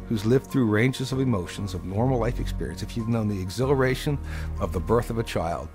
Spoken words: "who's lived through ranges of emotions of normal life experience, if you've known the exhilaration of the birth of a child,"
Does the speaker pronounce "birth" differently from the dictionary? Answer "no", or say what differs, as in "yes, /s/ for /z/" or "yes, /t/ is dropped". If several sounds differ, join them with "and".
no